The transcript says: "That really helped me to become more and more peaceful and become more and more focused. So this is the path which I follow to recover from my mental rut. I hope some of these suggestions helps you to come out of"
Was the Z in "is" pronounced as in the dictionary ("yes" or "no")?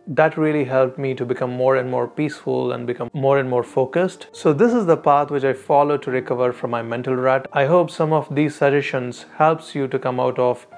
yes